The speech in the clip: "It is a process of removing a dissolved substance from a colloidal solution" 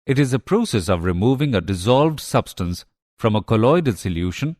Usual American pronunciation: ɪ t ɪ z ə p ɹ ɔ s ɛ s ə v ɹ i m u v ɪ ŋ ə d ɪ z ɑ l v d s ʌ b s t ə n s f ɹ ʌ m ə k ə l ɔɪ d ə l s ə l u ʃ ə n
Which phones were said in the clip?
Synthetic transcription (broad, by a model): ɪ t ɪ z ə p ɹ ɔ s ɛ s ə v ɹ i m u v ɪ ŋ ə d ɪ z ɑ l v d s ʌ b s t ə n s f ɹ ʌ m ə k ə l ɔɪ d ə l s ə l u ʃ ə n